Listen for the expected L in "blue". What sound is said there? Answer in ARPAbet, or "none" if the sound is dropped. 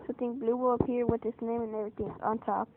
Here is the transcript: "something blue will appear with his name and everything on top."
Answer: L